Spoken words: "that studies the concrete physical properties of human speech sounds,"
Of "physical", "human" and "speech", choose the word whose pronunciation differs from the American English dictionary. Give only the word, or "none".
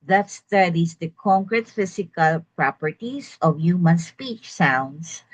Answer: physical